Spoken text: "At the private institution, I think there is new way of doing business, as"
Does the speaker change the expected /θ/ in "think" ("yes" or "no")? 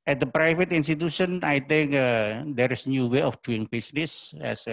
yes